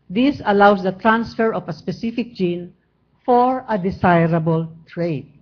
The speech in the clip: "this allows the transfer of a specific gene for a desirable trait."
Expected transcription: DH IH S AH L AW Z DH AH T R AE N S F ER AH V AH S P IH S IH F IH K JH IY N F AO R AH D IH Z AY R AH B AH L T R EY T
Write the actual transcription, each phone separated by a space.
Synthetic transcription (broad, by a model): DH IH S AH L AW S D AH T R AE N S F ER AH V AH S P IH S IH F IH K JH IY N F AO R AH D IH S AY R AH B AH L T R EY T